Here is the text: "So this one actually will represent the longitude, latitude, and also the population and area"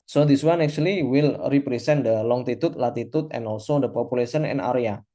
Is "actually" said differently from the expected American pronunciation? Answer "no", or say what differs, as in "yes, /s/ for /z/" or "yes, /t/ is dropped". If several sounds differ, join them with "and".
yes, /s/ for /tʃ/